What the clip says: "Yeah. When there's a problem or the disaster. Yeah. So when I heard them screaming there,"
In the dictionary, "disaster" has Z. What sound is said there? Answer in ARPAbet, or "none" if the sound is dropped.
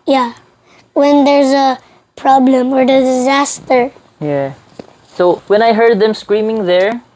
Z